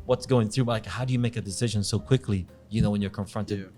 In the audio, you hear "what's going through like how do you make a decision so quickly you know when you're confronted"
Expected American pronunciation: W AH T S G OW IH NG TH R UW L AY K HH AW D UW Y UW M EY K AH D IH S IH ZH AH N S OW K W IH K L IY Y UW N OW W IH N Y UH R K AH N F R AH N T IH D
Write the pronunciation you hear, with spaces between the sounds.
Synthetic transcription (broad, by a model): W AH T S G OW IH NG TH R UW L AY K HH AW D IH Y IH M EY K AH D IH S IH ZH AH N S OW K W IH K L IY Y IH N OW W IH N Y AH R K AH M F R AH N T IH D